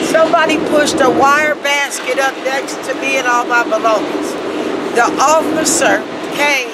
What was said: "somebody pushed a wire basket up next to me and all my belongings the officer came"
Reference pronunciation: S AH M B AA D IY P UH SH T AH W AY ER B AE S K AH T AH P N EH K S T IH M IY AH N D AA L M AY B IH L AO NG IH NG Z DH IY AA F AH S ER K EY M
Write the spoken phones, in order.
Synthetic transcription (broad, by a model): S AH M B AA D IY P UH SH T AH W AY ER B AE S K AH T AH P N EH K S T IH M IY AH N AA L M AY B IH L AO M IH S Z DH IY AA F AH S ER K EY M